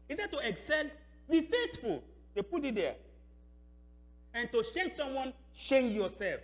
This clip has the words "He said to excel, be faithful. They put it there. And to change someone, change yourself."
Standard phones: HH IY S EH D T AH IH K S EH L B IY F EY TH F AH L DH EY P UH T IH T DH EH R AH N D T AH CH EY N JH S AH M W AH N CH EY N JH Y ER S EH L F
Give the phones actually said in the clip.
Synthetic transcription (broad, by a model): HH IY S EH D T AH IH K S EH L B IY F EY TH F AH L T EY P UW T IH T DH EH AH N T AH SH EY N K S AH M W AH N SH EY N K Y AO S EH L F